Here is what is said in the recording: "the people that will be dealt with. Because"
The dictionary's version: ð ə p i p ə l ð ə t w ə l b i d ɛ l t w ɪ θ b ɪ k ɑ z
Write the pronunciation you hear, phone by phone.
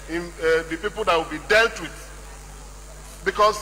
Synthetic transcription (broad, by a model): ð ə p i p ə l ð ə t w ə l b i d ɛ l t w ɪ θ b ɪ k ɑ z